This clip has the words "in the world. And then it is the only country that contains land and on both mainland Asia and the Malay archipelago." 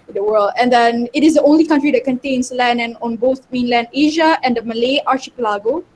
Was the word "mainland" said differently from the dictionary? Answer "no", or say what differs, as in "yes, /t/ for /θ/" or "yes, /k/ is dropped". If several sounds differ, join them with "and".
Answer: no